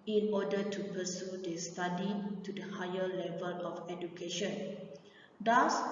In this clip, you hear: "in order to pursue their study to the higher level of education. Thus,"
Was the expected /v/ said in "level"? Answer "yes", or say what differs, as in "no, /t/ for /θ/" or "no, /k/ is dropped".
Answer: yes